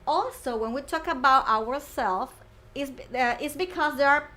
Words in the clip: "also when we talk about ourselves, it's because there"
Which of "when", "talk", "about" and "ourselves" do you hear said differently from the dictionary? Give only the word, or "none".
ourselves